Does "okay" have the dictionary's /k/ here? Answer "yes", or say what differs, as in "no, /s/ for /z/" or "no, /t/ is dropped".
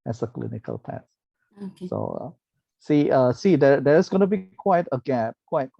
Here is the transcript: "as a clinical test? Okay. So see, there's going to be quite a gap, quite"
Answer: no, /k/ is dropped